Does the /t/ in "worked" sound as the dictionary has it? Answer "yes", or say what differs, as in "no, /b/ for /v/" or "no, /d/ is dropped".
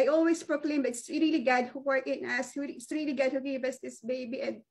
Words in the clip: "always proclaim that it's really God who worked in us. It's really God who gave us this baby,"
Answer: no, /t/ is dropped